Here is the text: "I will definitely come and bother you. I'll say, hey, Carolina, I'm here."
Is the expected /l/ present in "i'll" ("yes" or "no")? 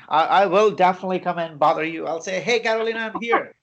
yes